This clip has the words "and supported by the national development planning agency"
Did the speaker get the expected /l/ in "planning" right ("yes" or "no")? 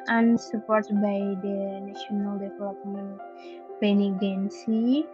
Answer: no